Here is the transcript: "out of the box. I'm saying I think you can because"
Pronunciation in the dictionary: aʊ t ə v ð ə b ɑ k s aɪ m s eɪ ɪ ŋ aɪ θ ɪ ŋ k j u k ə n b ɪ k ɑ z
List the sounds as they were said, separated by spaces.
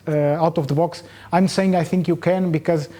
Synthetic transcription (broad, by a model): aʊ t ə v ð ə b ɑ k s aɪ m s eɪ ɪ ŋ aɪ θ ɪ ŋ k j u k ə n b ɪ k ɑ z